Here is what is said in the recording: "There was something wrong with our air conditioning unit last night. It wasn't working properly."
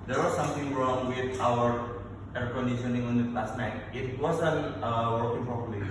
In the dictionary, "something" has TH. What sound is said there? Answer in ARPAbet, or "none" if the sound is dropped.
T